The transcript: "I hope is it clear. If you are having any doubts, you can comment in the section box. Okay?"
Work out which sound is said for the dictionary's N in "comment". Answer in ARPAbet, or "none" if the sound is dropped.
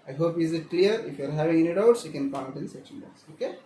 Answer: none